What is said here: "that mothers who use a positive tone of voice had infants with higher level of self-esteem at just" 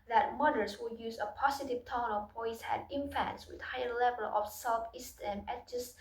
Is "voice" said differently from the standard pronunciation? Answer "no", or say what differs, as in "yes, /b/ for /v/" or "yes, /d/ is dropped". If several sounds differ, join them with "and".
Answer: yes, /b/ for /v/